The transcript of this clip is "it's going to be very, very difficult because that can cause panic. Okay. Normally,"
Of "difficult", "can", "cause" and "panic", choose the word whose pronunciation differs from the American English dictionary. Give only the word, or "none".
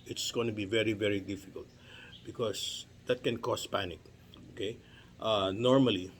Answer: cause